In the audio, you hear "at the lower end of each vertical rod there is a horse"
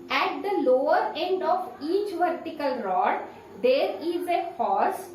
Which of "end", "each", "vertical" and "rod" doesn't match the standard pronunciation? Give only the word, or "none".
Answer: none